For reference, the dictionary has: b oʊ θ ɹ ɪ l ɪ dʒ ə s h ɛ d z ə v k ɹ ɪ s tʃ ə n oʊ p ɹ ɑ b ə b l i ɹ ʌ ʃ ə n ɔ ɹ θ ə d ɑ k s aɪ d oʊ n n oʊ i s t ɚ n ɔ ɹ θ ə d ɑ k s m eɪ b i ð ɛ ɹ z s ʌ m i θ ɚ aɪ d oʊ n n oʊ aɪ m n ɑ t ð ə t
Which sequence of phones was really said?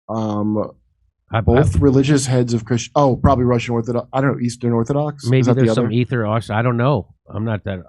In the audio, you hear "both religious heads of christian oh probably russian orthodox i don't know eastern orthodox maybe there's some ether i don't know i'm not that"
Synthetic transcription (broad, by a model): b oʊ θ ɹ ɪ l ɪ dʒ ə s h ɛ d z ə v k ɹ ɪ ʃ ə ʊ p ɹ ɑ b ə b l i ɹ ʌ ʃ ə n ɔ ɹ θ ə d ɑ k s aɪ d oʊ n n oʊ i s t ɚ n ɔ ɹ θ ə d ɑ k s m eɪ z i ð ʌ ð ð s ʌ m i θ ɚ aɪ d oʊ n n oʊ aɪ m n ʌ t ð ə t